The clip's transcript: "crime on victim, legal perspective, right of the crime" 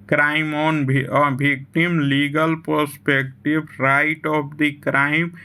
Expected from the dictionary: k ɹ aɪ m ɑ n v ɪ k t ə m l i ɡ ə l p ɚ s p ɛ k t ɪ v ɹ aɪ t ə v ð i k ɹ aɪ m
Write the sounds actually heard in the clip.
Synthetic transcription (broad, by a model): k ɹ aɪ m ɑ n b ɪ k t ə m l i ɡ ə l p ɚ s p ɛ k t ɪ b ɹ aɪ t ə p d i k ɹ aɪ m